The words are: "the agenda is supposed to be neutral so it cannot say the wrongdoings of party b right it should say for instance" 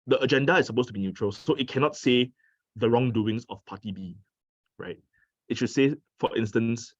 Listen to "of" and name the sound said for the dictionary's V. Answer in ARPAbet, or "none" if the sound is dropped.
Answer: F